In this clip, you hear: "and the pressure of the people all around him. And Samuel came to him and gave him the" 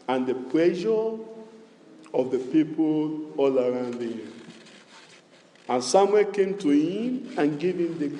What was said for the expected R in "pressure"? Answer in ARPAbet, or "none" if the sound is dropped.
L